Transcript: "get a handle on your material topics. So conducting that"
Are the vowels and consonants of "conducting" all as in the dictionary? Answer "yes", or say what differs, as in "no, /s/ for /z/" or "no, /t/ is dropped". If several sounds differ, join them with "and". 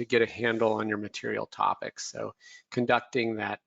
yes